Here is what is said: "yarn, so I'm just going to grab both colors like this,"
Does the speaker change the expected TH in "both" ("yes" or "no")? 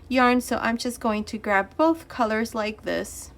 no